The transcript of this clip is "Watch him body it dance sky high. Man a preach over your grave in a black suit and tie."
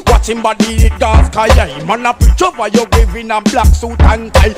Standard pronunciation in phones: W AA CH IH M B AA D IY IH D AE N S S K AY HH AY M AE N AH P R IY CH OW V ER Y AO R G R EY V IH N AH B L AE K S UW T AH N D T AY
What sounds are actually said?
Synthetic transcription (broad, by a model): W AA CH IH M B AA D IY IH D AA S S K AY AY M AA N AH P IY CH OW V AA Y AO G EY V IH N AH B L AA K S UW T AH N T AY